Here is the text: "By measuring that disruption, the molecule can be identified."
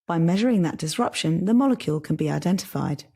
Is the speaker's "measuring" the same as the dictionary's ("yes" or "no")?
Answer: yes